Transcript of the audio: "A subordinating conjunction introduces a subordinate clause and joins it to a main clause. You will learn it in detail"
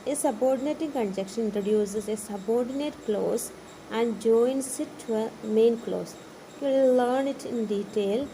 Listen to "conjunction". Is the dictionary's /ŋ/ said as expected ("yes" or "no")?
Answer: no